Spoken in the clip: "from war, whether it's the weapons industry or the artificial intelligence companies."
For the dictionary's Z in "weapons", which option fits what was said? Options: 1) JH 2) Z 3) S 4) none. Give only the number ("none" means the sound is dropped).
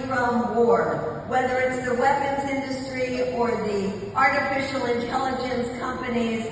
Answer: 2